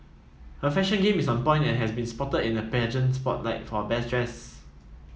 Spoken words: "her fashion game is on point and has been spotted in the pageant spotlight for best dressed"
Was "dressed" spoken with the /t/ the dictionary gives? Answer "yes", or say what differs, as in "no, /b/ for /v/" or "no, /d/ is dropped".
no, /t/ is dropped